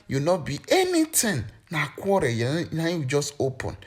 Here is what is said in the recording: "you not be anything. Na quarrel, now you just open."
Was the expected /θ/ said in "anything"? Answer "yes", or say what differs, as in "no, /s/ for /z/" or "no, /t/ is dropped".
no, /t/ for /θ/